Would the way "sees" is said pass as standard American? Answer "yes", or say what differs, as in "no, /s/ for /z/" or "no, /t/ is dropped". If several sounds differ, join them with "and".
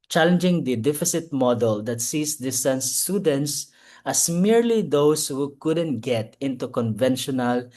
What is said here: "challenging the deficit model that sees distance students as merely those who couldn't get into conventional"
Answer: no, /s/ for /z/